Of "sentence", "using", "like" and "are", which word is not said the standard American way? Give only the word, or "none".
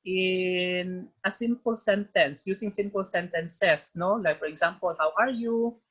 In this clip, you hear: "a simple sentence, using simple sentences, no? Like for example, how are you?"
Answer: using